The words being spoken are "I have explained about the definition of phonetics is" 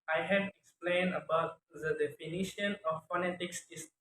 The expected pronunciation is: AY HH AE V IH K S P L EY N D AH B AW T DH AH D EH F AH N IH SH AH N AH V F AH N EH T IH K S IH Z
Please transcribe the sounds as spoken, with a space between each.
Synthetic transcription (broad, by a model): AY HH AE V IH K S P L EY N D AH B AW T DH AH D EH F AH N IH SH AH N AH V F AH N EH T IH K S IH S